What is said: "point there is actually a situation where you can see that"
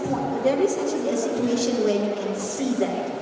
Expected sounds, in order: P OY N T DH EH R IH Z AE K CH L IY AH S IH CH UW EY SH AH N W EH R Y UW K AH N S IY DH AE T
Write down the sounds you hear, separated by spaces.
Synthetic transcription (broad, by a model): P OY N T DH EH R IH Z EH CH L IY AH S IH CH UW EY SH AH N W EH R Y UW K AH N S IY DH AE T